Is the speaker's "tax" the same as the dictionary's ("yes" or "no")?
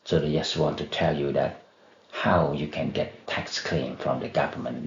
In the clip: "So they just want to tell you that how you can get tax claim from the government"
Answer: yes